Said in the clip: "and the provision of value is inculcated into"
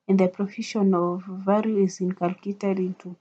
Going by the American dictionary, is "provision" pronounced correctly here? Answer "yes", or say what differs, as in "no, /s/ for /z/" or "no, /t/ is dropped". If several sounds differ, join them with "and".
no, /f/ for /v/ and /ʃ/ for /ʒ/